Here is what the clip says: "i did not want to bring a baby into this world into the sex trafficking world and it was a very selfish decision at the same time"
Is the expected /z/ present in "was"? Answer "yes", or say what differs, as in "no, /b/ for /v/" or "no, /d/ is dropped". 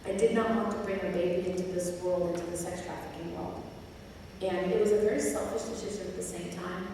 yes